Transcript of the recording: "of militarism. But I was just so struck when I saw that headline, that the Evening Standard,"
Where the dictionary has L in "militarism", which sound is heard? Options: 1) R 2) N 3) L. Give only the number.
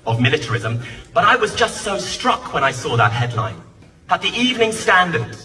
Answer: 3